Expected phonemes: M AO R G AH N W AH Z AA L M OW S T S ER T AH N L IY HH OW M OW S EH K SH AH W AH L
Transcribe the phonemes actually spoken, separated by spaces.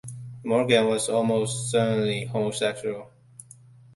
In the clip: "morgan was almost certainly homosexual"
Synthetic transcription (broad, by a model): M AO R G AH N W AH Z AA L M OW S T S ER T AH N L IY HH OW M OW S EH K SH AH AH L